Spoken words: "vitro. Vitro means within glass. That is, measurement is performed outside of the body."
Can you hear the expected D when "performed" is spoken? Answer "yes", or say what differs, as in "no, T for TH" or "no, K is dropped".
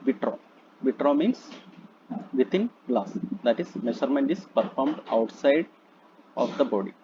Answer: yes